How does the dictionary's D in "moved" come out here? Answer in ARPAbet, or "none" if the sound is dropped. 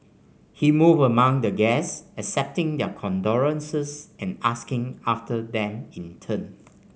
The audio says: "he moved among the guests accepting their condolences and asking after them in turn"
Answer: none